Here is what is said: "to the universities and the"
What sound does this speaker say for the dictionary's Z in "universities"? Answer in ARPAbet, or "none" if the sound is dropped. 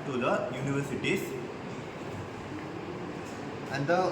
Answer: S